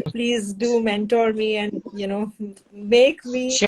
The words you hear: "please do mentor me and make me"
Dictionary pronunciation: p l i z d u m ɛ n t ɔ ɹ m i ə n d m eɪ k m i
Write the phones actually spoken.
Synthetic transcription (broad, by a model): p l i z d u m ɛ n t ɔ ɹ m i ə n d m eɪ k m i